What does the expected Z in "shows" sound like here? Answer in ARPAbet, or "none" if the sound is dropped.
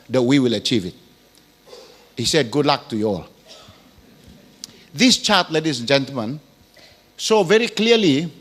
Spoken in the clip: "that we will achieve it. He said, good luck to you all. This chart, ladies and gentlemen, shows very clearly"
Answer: none